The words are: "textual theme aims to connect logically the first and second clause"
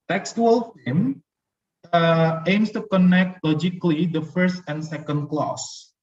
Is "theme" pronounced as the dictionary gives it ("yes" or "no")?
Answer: no